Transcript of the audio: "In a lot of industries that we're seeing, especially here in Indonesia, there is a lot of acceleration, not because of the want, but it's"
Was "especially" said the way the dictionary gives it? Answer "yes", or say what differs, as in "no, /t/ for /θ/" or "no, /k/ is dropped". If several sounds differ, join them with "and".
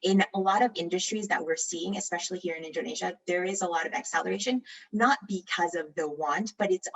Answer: yes